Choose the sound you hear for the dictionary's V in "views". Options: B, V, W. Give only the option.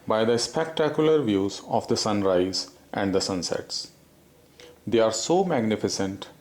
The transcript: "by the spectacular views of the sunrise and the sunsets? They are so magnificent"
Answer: V